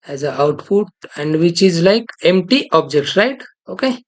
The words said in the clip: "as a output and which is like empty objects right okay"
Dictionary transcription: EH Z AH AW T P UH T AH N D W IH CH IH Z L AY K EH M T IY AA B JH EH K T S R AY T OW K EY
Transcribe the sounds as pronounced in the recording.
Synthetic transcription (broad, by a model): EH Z AH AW T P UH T AH N D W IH CH IH Z L AY K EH M T IY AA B JH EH K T R AY T OW K EY